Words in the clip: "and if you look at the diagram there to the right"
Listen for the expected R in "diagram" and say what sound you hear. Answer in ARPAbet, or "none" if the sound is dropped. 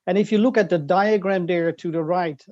R